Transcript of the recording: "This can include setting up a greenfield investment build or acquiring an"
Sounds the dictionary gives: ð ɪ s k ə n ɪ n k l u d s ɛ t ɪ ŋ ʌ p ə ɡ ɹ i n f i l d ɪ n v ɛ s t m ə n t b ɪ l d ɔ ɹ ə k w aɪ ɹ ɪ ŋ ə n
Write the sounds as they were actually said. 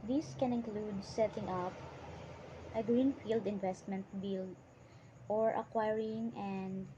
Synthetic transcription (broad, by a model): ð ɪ s k ə n ɪ n k l u d s ɛ t ɪ ŋ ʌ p ə ɡ ɹ i n f i l d ɪ n v ɛ s t m ə n t b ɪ l ɔ ɹ ə k w aɪ ɹ ɪ ŋ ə n